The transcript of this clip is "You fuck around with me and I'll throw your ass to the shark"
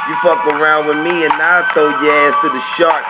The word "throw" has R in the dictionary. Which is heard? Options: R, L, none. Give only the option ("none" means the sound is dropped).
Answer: none